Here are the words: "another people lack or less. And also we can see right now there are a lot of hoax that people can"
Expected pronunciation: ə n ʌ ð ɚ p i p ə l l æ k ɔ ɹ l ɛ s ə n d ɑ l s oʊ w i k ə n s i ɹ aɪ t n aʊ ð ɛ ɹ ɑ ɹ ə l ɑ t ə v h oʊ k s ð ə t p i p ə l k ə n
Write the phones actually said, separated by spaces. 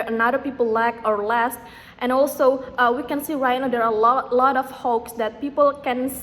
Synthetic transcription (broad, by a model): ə n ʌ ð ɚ p i p ə l l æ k ɔ ɹ l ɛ s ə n ɑ l s oʊ w i k ə n s i ɹ aɪ t n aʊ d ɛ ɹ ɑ l ə l ɑ t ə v h oʊ k s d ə t p i p ə l k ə n